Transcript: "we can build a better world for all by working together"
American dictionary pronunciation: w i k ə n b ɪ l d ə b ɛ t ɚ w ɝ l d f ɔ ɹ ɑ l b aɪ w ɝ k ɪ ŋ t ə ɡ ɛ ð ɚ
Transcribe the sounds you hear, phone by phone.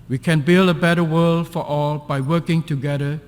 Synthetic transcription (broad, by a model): w i k ə n b ɪ l d ə b ɛ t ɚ w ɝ l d f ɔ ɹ ɑ l b aɪ w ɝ k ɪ ŋ t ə ɡ ɛ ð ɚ